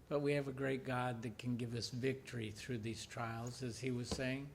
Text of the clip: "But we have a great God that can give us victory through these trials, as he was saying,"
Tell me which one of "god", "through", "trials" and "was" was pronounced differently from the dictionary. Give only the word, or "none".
none